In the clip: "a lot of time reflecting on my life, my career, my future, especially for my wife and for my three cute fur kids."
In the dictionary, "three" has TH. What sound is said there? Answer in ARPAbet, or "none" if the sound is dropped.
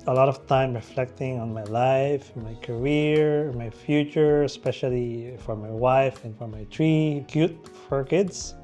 T